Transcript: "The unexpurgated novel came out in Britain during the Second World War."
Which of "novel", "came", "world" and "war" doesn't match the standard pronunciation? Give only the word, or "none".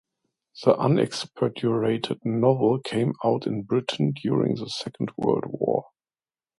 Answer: none